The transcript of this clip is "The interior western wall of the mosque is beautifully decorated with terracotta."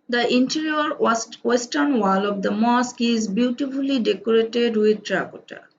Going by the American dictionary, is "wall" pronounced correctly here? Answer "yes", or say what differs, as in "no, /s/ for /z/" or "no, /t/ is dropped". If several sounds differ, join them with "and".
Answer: yes